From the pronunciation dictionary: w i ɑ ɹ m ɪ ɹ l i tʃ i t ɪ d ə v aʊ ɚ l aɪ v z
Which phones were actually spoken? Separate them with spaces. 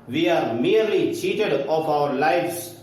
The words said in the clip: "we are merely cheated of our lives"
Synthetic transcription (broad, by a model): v i ɑ ɹ m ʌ ɹ l i tʃ i t ɪ d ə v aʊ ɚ l aɪ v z